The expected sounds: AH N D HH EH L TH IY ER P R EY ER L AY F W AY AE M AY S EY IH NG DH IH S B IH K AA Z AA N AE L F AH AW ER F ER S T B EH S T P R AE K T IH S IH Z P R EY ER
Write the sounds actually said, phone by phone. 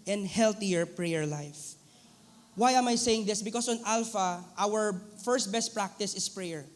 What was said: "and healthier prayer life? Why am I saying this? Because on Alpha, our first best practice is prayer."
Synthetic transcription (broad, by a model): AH N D HH EH L T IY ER P R EY ER L AY F W AY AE M AY S EY IH NG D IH S B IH K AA S AA N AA L F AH AW ER F ER S T B EH S T P R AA K T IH S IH S P R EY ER